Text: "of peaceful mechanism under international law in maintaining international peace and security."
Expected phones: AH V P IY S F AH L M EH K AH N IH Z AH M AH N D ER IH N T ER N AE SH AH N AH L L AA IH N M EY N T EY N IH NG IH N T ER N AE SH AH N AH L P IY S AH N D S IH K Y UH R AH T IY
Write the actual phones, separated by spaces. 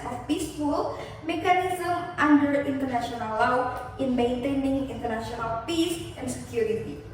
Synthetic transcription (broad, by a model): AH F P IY S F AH L M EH K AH N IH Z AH M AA N D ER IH N T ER N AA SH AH N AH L L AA IH N M EY N T EY N IH NG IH N T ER N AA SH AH N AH L P IY S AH N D S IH K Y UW R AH T IY